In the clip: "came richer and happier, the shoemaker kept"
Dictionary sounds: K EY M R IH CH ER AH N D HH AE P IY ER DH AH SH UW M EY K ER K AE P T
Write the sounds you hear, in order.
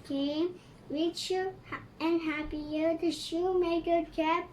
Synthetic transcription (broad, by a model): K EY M W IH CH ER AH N HH AE P IY ER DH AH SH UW M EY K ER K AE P